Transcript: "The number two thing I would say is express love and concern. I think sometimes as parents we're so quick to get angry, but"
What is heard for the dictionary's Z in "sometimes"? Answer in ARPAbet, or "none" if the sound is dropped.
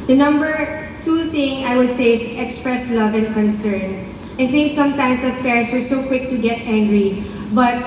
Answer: S